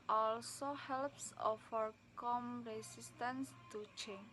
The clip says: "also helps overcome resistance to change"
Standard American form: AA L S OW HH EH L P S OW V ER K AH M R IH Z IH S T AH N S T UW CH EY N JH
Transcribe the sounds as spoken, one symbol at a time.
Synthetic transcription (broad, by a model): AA L S OW HH EH L P S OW F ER K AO M R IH S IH S T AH N S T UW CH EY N